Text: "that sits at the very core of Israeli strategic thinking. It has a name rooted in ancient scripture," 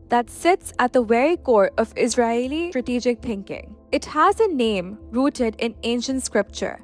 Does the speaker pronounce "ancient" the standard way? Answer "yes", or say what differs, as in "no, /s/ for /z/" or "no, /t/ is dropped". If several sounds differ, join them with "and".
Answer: yes